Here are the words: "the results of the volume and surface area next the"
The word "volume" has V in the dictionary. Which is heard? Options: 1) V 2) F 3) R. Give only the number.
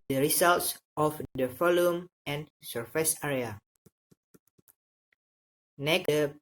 2